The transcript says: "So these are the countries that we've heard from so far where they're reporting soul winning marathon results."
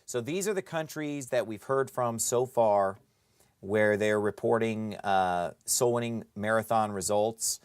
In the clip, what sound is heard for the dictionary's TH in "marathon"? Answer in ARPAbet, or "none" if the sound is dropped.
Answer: TH